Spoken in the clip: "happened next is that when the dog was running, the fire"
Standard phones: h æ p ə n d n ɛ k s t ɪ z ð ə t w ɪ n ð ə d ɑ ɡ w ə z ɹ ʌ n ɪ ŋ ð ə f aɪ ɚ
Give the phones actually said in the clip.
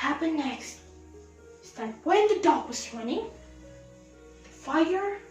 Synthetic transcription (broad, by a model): h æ p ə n n ɛ k s t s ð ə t w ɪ n ð ə d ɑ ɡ w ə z w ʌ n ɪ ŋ ð ə f aɪ ɚ